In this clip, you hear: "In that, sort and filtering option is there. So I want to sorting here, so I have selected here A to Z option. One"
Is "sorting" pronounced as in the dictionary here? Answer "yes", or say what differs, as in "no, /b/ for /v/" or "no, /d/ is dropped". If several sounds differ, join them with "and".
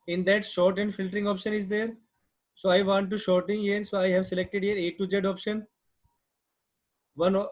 no, /ʃ/ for /s/